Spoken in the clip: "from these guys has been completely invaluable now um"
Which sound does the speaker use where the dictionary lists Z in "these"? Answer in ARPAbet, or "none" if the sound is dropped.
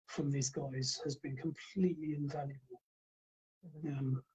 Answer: Z